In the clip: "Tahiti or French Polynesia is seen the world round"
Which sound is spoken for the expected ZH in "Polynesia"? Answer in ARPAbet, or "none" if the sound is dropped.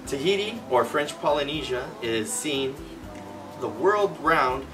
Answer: ZH